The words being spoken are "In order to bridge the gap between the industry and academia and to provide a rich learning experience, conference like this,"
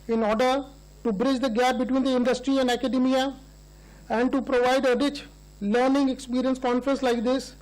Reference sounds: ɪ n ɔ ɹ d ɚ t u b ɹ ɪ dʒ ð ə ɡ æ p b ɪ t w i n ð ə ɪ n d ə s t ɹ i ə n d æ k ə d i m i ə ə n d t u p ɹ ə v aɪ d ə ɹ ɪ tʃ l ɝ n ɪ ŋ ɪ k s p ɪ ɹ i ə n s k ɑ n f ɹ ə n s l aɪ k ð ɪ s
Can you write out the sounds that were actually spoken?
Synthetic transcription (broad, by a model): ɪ n ɔ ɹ d ɚ t u b ɹ ɪ dʒ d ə ɡ æ p b ɪ t w i n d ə ɪ n d ə s t ɹ i ə n d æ k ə d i m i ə ə n d t u p ɹ ə v aɪ d ə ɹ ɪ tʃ l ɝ n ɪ ŋ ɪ k s p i ɹ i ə n s k ɑ n f ɹ ə n s l aɪ k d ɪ s